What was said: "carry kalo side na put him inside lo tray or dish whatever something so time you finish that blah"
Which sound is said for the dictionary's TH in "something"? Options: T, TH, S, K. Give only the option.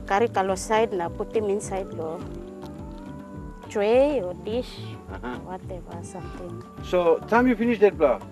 T